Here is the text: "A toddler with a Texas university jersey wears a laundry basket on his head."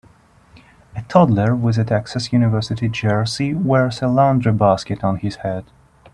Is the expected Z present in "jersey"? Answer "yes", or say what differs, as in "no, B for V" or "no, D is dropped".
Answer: no, S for Z